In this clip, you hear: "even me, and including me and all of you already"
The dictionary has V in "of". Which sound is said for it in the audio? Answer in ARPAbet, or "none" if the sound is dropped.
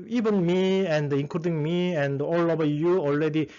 B